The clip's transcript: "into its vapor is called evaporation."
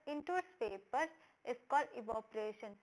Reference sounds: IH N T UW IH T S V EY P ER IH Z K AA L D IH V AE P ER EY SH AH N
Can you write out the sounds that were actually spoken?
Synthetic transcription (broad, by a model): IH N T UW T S P EY P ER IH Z K AA L D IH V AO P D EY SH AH N